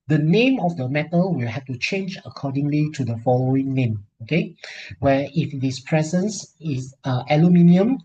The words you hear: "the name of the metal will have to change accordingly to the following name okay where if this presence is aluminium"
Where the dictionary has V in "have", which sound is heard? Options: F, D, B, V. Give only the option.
F